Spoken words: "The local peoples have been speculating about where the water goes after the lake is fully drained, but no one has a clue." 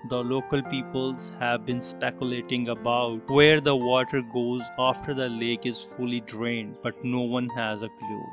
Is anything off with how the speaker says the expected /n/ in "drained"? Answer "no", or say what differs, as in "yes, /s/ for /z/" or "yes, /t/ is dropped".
no